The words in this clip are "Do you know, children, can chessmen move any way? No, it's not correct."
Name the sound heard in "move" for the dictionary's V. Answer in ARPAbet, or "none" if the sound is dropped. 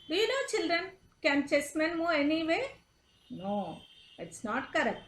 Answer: none